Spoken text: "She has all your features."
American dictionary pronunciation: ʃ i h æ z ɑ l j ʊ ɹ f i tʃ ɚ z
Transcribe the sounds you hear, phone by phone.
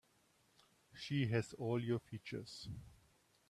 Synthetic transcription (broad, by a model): ʃ i h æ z ɑ l j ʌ f i tʃ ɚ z